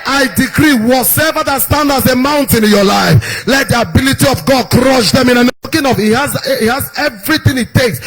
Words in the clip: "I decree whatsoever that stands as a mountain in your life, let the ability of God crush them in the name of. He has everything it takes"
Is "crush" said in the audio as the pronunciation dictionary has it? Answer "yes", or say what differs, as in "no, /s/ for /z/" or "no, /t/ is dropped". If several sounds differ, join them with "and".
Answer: yes